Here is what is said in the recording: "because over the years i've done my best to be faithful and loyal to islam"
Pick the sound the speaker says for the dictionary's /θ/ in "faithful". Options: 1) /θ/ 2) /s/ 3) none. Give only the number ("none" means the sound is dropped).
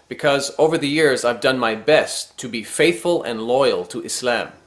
1